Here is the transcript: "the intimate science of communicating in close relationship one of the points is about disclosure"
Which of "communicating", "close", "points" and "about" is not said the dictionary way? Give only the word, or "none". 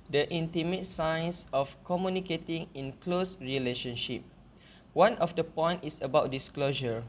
points